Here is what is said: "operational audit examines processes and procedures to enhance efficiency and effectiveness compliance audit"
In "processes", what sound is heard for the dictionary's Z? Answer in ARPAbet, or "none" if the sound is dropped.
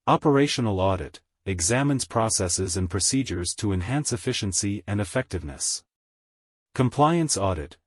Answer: Z